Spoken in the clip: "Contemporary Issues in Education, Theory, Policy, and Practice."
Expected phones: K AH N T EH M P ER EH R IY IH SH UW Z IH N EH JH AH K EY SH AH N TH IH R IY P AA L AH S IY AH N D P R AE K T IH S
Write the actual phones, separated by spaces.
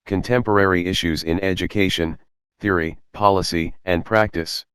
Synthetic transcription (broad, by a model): K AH N T EH M P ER EH R IY IH SH UW Z IH N EH JH AH K EY SH AH N TH IH R IY P AA L AH S IY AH N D P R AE K T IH S